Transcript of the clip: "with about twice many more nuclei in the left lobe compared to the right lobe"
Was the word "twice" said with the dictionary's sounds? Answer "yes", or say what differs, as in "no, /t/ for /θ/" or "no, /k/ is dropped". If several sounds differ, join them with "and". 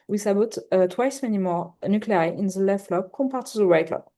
yes